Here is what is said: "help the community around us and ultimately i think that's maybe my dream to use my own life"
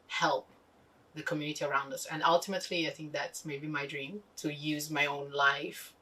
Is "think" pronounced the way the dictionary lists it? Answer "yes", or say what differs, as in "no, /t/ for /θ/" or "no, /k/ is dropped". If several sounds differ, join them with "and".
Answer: yes